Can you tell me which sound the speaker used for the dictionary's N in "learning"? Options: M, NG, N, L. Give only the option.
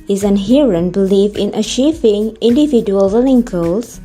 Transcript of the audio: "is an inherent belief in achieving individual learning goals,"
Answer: L